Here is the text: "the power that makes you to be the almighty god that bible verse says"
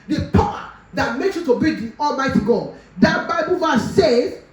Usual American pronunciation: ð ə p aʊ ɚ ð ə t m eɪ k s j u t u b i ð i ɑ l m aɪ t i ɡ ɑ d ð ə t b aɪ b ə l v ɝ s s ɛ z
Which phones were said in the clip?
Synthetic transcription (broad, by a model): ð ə p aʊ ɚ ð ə t m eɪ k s j u t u b i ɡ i ɑ l m aɪ t i ɡ ɑ d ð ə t b aɪ b ə l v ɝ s s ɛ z